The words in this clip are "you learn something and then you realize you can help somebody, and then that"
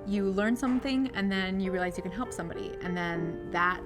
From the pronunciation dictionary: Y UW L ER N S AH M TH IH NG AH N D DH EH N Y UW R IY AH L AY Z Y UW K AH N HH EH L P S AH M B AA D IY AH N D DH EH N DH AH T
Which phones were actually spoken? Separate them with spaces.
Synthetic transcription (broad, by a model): Y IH L ER N S AH M TH IH NG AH N DH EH N Y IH R IY AH L AY Z Y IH K AH N HH EH L P S AH M B AA D IY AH N DH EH N DH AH T